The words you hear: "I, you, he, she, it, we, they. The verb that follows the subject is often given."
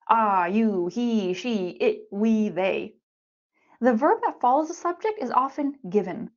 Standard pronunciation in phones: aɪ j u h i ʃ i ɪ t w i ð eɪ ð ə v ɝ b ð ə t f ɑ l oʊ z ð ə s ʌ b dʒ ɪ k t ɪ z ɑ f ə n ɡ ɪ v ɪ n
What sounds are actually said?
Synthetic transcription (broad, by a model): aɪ j u h i ʃ i ɪ t w i ð eɪ ð ə v ɝ b ð ə t f ɑ l oʊ z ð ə s ʌ b dʒ ɪ k t ɪ z ɑ f ə n ɡ ɪ v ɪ n